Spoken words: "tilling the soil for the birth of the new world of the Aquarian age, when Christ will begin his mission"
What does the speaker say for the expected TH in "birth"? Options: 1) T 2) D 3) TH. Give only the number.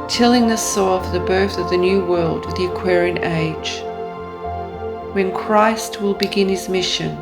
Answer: 3